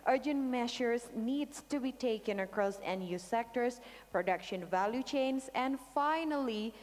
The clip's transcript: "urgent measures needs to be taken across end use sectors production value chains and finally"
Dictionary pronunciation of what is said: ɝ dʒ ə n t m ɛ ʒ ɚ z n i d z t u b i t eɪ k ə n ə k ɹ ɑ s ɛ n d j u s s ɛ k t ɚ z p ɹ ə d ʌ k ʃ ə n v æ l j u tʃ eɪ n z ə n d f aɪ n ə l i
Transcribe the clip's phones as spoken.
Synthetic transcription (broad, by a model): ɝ dʒ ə n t m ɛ ʃ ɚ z n i d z t u b i t eɪ k ə n ə k ɹ ɑ s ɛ n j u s s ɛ k t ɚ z p ɹ ə d ʌ k ʃ ə n v æ l j u tʃ eɪ n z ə n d f aɪ n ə l i